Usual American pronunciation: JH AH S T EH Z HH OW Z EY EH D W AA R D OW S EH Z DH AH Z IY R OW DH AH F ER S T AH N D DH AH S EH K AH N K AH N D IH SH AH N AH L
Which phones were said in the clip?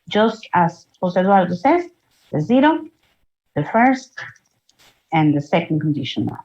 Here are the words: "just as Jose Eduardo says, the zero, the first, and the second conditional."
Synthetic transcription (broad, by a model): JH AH S T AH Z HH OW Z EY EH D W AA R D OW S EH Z DH AH Z IY R OW DH AH F ER S T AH N DH AH S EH K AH N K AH N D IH SH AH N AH